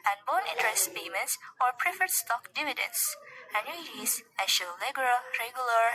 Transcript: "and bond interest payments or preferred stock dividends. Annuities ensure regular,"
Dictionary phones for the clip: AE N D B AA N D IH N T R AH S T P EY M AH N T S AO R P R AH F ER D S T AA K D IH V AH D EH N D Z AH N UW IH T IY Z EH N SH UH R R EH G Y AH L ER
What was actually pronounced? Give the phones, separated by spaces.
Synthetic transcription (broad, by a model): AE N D B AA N IH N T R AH S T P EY M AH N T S AO R P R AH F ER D S T AA K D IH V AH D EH N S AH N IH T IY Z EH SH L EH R R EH G Y L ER